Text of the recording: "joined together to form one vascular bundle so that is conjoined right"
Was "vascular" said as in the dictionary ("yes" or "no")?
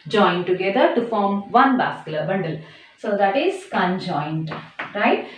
no